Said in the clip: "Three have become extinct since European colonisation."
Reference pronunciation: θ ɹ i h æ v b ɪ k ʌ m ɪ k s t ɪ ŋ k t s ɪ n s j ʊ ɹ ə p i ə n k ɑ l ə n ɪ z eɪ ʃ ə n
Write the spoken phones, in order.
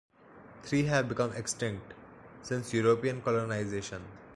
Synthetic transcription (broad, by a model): t ɹ i h æ v b ɪ k ʌ m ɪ k s t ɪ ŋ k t s ɪ n s j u ɹ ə p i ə n k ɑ l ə n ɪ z eɪ ʃ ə n